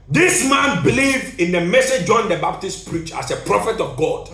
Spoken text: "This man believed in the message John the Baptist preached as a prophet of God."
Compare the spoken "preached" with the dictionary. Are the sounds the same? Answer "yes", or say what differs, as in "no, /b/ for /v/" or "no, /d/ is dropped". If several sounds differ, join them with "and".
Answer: no, /t/ is dropped